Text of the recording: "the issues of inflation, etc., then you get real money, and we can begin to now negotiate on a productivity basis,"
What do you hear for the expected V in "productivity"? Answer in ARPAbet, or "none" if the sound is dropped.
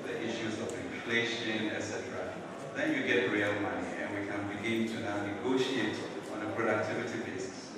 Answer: V